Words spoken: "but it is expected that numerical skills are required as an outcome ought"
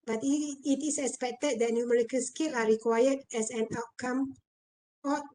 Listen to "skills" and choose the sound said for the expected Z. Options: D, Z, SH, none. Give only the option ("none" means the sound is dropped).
none